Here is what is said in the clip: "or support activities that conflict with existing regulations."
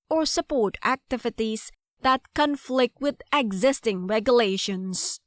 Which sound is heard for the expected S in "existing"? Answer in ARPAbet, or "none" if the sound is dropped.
S